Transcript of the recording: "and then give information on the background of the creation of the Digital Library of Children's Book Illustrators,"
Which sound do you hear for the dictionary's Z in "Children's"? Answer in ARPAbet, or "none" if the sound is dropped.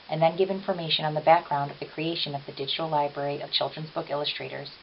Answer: Z